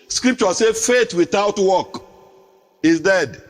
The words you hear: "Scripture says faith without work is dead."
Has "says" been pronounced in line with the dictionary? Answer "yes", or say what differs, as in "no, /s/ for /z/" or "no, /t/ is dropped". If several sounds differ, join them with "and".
no, /z/ is dropped